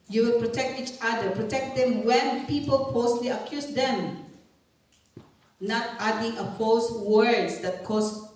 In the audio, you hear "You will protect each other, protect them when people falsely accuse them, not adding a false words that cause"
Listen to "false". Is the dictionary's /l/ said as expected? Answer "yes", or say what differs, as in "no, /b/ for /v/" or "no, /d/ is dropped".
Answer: no, /l/ is dropped